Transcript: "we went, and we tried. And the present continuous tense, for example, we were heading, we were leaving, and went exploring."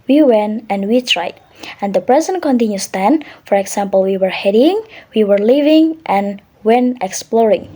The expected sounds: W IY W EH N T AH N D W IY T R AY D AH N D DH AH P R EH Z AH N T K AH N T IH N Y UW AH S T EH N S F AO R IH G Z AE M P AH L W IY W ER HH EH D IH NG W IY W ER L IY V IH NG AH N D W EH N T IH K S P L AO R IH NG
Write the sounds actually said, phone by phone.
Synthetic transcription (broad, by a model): W IY W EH N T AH N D W IY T R AY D AH N D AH P R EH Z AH N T K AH N T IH N Y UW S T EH N F AO R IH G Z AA M P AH L W IY W ER HH EH D IH NG W IY W ER L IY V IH NG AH N W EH N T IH K S P L AO R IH NG